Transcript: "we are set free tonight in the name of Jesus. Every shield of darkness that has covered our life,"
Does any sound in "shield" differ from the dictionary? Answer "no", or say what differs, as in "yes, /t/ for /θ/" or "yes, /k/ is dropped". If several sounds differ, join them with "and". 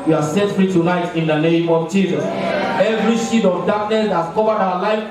yes, /l/ is dropped